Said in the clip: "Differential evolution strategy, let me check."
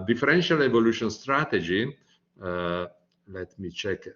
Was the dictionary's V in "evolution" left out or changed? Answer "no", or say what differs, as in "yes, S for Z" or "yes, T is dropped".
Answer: no